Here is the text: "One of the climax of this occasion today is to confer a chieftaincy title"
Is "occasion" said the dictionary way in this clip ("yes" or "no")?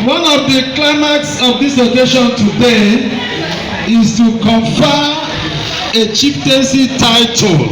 no